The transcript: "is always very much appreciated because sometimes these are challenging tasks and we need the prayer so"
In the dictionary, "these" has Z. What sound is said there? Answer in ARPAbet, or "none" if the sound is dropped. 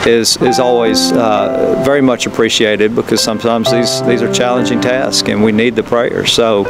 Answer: Z